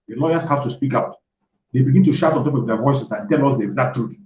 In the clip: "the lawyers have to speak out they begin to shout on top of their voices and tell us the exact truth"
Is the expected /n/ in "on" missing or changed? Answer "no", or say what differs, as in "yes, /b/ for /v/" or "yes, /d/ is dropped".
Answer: no